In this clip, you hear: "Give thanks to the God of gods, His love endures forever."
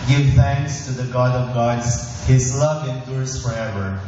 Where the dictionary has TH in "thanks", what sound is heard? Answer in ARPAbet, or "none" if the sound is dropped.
TH